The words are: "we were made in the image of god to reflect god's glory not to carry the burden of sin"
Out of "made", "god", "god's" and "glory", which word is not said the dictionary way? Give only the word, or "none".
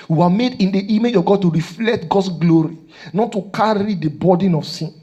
god's